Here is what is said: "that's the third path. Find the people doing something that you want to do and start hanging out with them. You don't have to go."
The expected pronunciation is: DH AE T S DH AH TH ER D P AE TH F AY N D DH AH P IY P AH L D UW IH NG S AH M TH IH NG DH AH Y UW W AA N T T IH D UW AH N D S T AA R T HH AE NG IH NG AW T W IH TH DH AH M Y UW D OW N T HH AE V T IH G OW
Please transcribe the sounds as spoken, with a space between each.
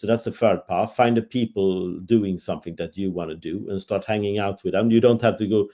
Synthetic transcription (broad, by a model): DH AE T S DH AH F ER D P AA T F AY N D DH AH P IY P AH L D UW IH NG S AH M TH IH NG DH AH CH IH W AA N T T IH D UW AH N S T AA R T HH AE NG IH NG AW T W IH DH AH M Y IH D OW N T HH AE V T IH G OW